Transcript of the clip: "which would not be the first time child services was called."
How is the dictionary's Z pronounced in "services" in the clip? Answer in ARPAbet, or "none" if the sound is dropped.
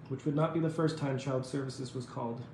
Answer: Z